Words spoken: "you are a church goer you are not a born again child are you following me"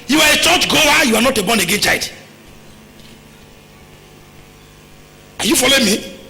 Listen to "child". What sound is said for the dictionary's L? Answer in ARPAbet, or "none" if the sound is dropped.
none